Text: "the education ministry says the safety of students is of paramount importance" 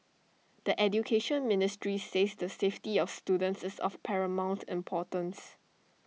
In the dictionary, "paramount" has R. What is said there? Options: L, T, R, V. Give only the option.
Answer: R